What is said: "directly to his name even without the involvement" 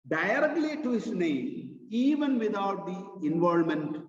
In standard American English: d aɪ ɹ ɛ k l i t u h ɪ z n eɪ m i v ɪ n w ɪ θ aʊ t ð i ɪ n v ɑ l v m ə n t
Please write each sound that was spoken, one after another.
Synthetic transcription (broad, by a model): d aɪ ɹ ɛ k l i t u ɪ s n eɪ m i v ɪ n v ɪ t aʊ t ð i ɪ n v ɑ l m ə n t